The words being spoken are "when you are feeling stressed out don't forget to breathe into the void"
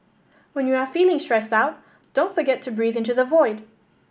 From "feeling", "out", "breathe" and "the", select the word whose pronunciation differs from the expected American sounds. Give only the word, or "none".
none